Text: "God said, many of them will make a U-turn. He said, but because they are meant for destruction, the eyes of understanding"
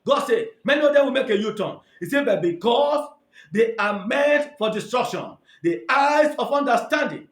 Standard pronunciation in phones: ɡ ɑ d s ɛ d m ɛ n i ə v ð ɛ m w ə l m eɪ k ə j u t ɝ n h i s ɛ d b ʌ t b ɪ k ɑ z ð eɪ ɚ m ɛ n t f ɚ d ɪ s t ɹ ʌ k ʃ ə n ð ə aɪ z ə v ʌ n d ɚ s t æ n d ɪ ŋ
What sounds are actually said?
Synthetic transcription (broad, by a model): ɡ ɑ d s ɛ m ɛ n i ə v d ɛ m w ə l m eɪ k ə j u t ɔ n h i s ɛ b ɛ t b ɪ k ɑ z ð eɪ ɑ m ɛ t f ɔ d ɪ s t ɹ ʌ k ʃ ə n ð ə aɪ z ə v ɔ n d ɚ s t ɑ n d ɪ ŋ